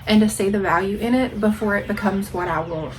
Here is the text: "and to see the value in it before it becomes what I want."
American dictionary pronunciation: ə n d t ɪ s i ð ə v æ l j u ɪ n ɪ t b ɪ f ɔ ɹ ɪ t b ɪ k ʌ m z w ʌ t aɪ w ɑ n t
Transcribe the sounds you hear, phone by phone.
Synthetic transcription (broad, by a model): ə n t ɪ s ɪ ð ə v æ l j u ɪ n ɪ t b ɪ f ɔ ɹ ɪ t b ɪ k ʌ m z w ʌ t aɪ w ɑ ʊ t